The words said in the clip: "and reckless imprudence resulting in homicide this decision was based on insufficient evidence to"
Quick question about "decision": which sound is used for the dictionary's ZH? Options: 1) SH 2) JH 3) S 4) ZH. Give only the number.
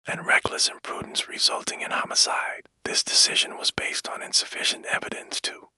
4